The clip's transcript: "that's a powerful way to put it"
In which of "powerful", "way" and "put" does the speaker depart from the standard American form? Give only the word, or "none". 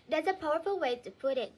none